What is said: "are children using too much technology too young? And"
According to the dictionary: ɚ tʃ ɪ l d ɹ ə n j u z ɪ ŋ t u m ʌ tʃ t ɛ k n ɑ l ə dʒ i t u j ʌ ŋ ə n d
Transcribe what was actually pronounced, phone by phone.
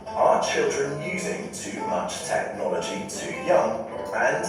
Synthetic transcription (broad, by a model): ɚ tʃ ɪ l d ɹ ə n j u z ɪ ŋ t u m ʌ tʃ t ɛ k n ɑ l ə dʒ i t u j ʌ ŋ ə n